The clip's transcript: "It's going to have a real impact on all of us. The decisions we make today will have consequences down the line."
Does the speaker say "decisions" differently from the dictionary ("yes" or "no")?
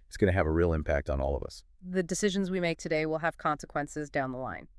no